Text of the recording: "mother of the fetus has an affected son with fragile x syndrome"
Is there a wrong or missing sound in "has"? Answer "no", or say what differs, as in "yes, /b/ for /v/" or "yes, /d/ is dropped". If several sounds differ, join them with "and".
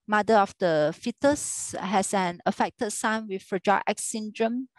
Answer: yes, /s/ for /z/